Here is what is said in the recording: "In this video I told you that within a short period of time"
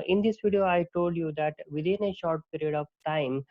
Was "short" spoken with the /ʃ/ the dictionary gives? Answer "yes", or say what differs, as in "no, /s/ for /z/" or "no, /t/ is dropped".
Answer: yes